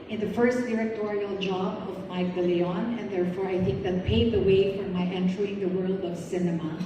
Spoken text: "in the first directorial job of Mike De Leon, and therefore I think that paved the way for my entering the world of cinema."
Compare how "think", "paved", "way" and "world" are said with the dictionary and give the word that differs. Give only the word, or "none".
paved